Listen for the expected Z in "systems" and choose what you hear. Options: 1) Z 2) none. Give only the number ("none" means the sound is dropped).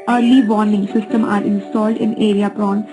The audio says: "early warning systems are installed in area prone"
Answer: 2